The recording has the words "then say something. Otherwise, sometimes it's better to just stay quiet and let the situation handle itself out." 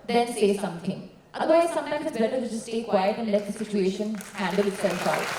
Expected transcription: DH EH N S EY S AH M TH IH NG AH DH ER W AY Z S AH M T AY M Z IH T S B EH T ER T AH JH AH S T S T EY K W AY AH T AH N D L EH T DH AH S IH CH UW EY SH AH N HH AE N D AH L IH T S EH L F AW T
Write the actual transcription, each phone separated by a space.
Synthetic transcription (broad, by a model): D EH N S EY S AH M T IH NG AH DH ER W AY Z S AH M T AY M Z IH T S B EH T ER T JH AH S S T EY K W AY AH T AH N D L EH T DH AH S IH CH UW EY SH AH N HH AE N D AH L IH T S EH L F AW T